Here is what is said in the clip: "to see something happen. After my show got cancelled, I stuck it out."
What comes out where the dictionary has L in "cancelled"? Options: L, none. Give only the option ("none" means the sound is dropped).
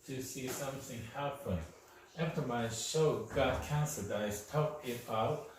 none